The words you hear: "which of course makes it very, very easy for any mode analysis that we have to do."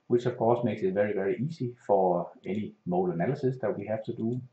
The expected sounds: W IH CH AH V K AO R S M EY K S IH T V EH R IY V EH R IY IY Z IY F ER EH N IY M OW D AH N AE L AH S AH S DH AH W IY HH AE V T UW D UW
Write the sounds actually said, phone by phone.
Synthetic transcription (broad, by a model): W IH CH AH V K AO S M EY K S IH T V EH R IY V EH R IY IY S IY F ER EH N IY M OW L AH N AE L AH S AH S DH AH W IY HH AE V T UW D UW